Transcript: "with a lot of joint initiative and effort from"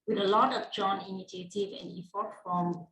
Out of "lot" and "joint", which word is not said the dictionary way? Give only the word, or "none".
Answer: joint